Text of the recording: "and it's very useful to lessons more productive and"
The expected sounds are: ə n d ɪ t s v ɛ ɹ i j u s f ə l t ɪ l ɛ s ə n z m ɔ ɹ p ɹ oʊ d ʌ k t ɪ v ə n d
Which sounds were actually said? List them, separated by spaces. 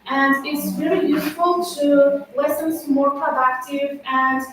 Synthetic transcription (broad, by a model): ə n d ɪ t s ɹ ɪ l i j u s f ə l t ɪ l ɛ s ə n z m ɔ ɹ p ɹ oʊ d ʌ k t ɪ v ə n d